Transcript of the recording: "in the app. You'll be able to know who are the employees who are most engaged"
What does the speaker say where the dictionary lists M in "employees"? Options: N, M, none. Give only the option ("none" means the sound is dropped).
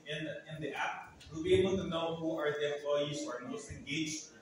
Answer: none